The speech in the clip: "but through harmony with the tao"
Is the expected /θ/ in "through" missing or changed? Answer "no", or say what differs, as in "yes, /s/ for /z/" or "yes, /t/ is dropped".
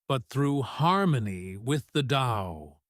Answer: no